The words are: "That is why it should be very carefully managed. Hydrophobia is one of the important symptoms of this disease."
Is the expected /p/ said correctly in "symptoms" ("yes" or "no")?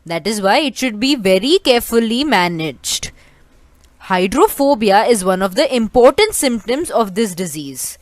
yes